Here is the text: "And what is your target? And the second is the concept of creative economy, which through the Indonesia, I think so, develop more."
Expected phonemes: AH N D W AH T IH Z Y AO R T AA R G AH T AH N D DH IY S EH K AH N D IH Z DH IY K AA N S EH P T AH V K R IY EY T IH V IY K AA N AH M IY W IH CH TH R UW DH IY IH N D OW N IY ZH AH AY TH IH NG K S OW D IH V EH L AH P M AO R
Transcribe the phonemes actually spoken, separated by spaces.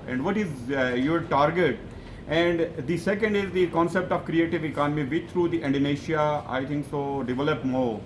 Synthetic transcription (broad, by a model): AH N D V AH T IH Z Y AO R T AA R G AH T AH N D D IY S EH K AH N D IH Z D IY K AA N S EH P T AH V K R IY EY T IH V IY K AA N AH M IY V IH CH T R UW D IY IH N D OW N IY SH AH AY T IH NG K S OW D IH V EH L AH P M AO R